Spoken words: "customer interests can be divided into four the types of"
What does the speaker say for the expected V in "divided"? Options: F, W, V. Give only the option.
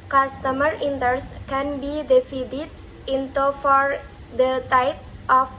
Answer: F